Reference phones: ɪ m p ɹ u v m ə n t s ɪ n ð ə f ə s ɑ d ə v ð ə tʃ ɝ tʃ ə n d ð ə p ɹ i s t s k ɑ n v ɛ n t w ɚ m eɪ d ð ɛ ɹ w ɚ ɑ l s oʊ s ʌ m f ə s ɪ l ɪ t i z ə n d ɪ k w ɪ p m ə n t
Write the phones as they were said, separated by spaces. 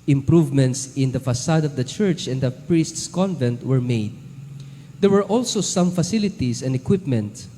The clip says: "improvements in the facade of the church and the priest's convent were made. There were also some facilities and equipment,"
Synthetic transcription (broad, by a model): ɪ m p ɹ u v m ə n t s ɪ n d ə f ə s ɑ d ə v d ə tʃ ɝ tʃ ə n d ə p ɹ i s t s k ɑ n v ɛ n t w ɚ m eɪ d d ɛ ɹ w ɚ ɑ l s oʊ s ʌ m f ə s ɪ l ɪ t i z ə n d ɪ k w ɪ p m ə n t